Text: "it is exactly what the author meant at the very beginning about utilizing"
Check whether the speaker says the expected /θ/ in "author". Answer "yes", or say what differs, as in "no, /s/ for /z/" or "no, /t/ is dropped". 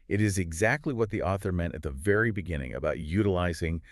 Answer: yes